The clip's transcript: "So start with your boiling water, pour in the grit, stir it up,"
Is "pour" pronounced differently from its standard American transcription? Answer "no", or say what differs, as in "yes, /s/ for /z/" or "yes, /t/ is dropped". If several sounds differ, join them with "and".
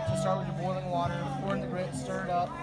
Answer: yes, /f/ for /p/